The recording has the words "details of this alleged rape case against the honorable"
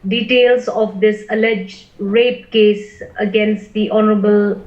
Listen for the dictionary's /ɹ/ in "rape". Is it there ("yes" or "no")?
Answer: yes